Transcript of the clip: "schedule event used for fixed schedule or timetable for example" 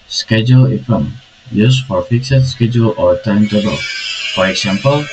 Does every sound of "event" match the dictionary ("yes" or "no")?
no